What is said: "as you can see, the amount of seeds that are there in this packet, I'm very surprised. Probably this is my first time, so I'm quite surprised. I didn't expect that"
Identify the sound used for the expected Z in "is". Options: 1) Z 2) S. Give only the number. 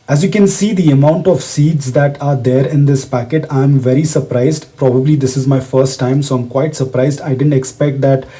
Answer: 1